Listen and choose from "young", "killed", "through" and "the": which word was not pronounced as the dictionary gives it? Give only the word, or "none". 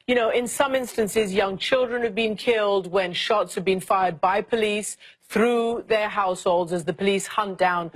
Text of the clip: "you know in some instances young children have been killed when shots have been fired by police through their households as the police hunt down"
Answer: none